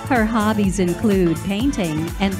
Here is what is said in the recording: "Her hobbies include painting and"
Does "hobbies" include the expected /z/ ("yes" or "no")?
yes